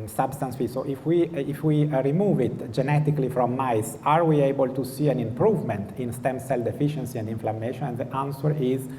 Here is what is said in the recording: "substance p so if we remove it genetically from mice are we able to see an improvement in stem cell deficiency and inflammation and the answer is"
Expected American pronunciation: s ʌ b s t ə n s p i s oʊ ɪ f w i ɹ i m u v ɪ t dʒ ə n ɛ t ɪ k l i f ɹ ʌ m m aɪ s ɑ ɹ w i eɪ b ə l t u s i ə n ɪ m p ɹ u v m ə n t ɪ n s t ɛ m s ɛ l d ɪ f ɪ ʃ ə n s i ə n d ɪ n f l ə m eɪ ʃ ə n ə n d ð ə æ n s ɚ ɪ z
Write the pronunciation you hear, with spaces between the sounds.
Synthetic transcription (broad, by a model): s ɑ b s t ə n s f i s oʊ ɪ f w i ɹ i m u v ɪ t dʒ ə n ɛ t ɪ k l i f ɹ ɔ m m aɪ s ɑ ɹ w i eɪ b ə l t u s i ə n ɪ m p ɹ u v m ə n t ɪ n s t ɛ m s ɛ l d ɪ f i ʃ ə n s i ə n d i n f l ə m eɪ ʃ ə n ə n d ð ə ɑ n s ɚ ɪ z